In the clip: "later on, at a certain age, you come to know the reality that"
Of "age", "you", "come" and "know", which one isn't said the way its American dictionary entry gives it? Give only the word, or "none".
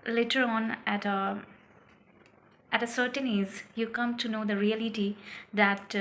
age